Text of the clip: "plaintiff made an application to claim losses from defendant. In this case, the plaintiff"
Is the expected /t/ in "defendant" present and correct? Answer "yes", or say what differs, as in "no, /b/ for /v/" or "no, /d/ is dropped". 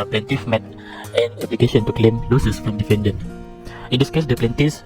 no, /t/ is dropped